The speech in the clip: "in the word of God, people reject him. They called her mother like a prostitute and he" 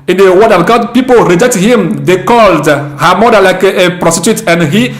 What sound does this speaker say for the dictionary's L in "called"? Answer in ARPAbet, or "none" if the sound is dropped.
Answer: L